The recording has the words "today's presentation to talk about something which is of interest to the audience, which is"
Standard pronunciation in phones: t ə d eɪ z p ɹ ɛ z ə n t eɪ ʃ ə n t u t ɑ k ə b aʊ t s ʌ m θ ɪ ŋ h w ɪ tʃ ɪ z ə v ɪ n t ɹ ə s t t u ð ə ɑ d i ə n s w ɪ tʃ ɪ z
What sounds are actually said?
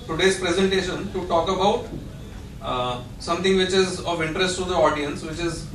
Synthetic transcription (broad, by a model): t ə d eɪ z p ɹ ɛ z ə n t eɪ ʃ ə n t u t ɑ k ə b aʊ t s ʌ m t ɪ ŋ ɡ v ɪ tʃ ɪ z ə v ɪ n t ɹ ə s t t u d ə ɑ d i ə n s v ɪ tʃ ɪ z